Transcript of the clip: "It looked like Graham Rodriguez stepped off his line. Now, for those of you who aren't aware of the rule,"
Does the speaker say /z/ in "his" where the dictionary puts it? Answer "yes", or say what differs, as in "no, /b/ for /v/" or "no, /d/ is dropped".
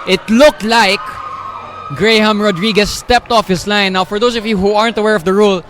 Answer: no, /s/ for /z/